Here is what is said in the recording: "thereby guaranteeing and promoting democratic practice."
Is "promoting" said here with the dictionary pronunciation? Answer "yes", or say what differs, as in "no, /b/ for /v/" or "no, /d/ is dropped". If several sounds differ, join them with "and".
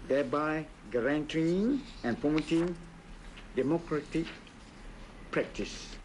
no, /ɹ/ is dropped